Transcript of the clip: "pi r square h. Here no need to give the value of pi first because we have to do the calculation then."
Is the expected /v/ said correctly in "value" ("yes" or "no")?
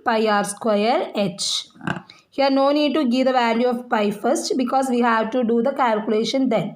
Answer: yes